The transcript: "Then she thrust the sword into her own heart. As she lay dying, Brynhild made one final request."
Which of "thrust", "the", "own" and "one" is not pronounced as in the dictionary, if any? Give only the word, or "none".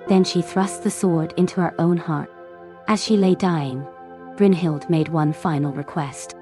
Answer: none